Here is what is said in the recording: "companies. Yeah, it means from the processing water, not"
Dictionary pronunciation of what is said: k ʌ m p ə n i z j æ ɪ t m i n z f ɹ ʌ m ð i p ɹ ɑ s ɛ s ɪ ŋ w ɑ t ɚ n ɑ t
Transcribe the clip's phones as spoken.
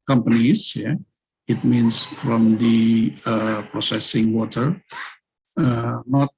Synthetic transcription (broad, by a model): k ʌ m p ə n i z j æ ɪ t m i n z f ɹ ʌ m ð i p ɹ ɑ s ɛ s ɪ ŋ w ɑ t ɚ n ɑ t